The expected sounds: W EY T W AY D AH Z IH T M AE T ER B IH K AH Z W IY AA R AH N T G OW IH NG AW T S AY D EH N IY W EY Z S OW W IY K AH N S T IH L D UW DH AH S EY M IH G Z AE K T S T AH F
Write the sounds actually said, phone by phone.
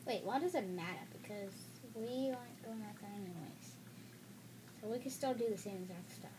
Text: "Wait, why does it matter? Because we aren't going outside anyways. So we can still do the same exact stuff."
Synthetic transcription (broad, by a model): W EY T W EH D AH Z IH T M AE T ER B IH K AH Z W IY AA AH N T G OW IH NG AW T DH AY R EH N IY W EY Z S OW W IY K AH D S T IH L D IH DH AH S EY M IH Z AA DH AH S T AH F